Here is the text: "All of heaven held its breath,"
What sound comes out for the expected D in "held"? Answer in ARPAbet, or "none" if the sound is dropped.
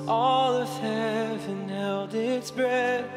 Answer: D